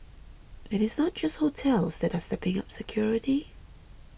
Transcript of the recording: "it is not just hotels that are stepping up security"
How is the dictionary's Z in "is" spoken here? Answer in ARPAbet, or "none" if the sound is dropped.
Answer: Z